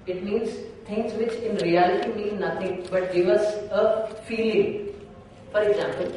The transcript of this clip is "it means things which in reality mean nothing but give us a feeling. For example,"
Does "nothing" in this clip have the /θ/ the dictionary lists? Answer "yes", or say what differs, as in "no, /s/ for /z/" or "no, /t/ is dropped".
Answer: no, /t/ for /θ/